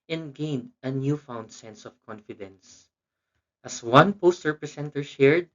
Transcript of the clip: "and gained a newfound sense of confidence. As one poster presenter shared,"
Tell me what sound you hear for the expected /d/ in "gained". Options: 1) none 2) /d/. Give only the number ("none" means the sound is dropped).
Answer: 2